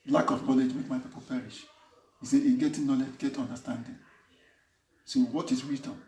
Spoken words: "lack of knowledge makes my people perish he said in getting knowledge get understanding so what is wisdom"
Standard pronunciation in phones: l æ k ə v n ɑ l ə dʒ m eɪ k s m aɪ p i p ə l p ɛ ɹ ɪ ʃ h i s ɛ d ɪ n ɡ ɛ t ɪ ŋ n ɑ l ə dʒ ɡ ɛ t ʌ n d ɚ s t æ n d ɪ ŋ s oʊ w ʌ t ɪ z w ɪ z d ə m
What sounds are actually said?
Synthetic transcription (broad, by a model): l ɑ k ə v n ɑ l ə dʒ m eɪ k m aɪ p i p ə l p ɛ ɹ ɪ ʃ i s ɛ ɪ ɡ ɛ t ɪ n ɑ l ə dʒ ɡ ɛ t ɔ n d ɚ s t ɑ n d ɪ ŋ s oʊ w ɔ t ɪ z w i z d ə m